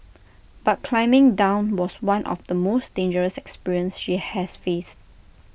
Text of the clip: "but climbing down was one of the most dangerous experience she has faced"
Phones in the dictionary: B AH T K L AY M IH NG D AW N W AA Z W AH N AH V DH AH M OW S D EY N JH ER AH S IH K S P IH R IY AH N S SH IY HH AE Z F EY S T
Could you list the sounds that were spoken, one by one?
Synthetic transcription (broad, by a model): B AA T K L AY M IH NG D AW N W AA S W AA N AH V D AH M OW S D EY N JH ER AH S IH K S P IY R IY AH N S SH IY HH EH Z F EY S T